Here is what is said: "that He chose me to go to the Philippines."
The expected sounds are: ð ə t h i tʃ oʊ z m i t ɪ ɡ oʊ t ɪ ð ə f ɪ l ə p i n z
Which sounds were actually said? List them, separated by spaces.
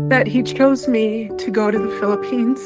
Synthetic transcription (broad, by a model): ð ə t h i tʃ oʊ z m i t ɪ ɡ oʊ t ɪ ð ə f ɪ l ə p i n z